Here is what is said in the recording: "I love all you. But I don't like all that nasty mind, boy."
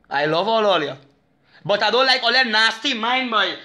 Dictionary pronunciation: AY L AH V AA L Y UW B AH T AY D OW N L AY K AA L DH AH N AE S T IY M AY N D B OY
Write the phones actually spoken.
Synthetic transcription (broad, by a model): AY L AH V AA L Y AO B AH T AY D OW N L AY K AA L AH N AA S T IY M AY N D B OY